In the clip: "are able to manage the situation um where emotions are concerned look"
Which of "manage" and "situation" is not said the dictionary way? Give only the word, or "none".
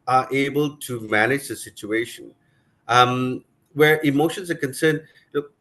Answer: none